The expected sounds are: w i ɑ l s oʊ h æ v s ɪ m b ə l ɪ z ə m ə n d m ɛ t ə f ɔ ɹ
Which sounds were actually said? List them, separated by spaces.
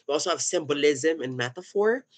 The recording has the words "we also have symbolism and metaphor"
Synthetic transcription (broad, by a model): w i ɑ l s oʊ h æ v s ɪ m b ə l ɪ z ə m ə n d m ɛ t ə f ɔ ɹ